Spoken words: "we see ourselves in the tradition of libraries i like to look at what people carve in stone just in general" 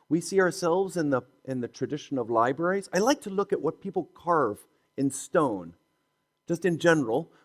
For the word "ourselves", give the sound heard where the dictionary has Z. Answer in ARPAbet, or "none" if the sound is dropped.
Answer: Z